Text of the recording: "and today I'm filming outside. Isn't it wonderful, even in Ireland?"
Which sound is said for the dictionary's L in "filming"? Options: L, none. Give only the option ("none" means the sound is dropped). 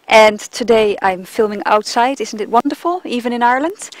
L